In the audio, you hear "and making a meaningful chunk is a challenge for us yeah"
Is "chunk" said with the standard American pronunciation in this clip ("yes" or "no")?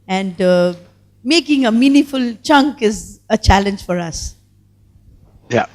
yes